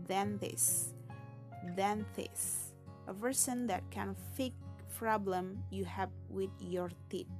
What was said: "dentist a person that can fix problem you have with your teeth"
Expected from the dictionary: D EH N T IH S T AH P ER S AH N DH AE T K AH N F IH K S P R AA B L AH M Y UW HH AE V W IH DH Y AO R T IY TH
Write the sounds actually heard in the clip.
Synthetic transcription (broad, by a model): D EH N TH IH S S AH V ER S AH N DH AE T K AH N F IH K P R AA B L AH M Y UW HH AE V W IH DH Y AO R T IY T